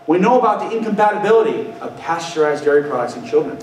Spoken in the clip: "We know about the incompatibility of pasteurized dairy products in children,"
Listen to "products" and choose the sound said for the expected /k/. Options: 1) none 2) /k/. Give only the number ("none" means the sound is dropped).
1